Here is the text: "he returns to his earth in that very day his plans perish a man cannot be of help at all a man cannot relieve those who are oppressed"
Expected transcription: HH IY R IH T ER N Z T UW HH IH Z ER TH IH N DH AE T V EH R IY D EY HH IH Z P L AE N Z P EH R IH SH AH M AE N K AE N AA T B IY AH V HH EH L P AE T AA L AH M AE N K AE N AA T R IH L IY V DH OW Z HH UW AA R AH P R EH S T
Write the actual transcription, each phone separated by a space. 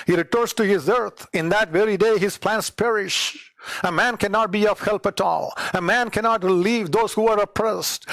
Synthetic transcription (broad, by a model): HH IY R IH T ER N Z T UW HH IH Z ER T IH N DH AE T V EH R IY D EY HH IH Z P L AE N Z P EH R IH SH AH M AE N K AE N AA T B IY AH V HH EH L P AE T AA L AH M AE N K AE N AA T R IH L IY V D OW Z HH UW AA R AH P R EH S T